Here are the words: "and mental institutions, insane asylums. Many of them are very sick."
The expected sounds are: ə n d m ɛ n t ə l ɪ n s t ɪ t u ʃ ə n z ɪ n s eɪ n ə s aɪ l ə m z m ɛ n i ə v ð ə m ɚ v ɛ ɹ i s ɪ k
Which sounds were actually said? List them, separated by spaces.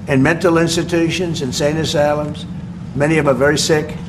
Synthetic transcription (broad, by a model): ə n m ɛ n t l ɪ n s t ɪ t u ʃ ə n z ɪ n s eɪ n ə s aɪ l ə m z m ɛ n i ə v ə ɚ v ɛ ɹ i s ɪ k